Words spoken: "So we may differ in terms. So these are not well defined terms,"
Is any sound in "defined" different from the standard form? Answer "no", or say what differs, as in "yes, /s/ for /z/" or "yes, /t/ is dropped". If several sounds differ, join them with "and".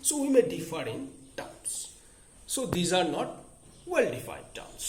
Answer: yes, /n/ is dropped